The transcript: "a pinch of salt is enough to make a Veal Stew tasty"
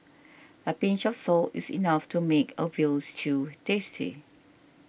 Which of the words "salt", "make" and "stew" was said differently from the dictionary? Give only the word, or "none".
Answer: none